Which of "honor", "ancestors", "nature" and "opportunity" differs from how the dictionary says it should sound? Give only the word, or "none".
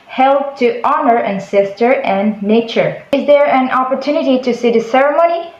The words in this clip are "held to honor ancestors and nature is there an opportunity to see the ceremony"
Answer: ancestors